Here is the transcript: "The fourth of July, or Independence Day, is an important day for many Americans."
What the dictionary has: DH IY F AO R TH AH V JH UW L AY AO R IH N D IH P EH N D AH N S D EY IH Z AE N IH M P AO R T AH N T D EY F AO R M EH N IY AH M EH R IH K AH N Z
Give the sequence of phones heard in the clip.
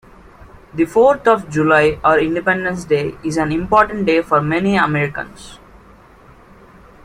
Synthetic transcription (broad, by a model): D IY F AO R T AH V JH UW L AY AO R IH N D IH P EH N D AH N S D EY IH Z AE N IH M P AO R T AH N T D EY F AO R M EH N IY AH M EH R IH K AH N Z